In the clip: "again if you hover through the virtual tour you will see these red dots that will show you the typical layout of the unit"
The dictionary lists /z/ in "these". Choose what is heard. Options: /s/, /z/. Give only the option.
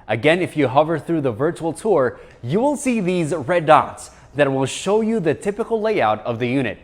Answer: /z/